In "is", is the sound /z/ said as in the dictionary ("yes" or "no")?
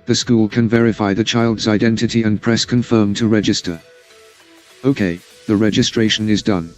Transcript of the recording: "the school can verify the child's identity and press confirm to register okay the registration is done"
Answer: yes